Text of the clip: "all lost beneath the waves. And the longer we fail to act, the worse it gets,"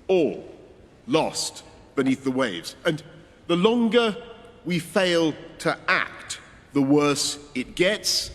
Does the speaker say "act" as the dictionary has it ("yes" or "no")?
yes